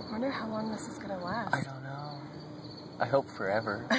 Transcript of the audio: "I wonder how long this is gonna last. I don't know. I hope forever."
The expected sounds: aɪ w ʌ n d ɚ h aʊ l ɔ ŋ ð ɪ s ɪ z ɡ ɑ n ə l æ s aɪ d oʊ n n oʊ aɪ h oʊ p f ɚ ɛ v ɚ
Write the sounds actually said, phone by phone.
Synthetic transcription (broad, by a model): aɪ w ʌ n d ɚ h aʊ l ɔ ŋ ð ɪ s ɪ z ɡ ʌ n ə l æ aɪ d oʊ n n oʊ aɪ h oʊ p f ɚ ɛ v ɚ